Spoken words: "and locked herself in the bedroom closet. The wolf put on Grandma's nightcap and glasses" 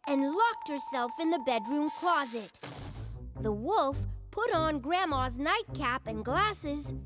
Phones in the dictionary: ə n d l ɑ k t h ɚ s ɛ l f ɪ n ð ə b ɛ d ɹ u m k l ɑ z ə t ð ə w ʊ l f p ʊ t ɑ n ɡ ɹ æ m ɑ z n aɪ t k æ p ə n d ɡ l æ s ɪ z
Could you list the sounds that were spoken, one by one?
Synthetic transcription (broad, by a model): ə n l ɑ k t h ɚ s ɛ l f ɪ n ð ə b ɛ d ɹ u m k l ɑ z ə t ð ə w ʊ l f p ʊ t n ɡ ɹ æ m ɑ z n aɪ t k æ p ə n ɡ l æ s ɪ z